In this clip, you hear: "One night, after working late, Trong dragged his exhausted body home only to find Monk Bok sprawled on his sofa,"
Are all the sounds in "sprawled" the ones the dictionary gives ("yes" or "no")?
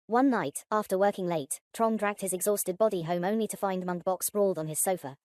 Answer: no